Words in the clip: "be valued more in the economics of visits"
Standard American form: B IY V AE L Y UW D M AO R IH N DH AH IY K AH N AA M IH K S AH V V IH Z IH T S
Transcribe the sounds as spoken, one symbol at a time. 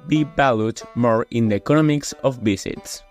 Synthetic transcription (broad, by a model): B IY B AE L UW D M AO R IH N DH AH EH K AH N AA M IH K S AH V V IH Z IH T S